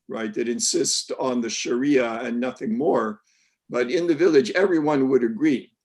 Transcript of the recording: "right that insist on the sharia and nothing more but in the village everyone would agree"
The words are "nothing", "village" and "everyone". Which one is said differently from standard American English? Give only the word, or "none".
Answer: none